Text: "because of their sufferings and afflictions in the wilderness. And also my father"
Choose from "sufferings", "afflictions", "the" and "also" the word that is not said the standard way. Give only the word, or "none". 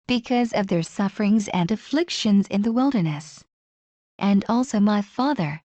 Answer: none